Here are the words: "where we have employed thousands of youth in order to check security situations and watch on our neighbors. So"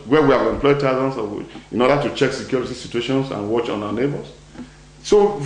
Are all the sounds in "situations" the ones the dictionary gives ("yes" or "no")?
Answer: no